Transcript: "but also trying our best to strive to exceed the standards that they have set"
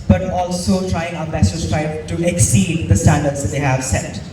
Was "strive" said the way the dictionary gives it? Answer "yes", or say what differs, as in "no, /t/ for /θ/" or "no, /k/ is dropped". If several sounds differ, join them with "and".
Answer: no, /b/ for /v/